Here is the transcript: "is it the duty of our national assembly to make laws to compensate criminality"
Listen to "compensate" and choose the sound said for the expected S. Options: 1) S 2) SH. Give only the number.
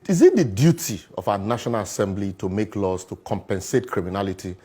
1